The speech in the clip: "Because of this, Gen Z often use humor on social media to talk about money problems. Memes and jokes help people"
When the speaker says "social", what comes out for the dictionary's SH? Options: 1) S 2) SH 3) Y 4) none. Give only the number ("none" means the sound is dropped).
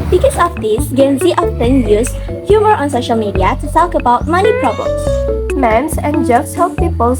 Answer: 2